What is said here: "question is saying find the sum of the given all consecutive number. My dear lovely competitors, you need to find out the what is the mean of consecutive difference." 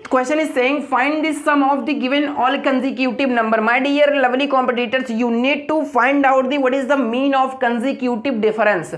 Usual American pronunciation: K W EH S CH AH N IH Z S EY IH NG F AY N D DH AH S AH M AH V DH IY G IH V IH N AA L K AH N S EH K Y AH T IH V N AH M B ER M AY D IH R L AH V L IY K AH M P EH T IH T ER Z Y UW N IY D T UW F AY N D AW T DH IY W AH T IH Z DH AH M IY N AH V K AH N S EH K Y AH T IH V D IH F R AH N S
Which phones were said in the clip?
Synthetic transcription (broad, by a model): K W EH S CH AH N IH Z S EY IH NG F AY N D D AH S AH M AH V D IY G IH V IH N AA L K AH N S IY K Y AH T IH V N AH M B ER M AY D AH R L AH V L IY K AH M P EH T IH T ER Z Y UW N IY D T UW F AY N D AW T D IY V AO T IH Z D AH M IY N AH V K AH N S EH K Y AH T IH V D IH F R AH N S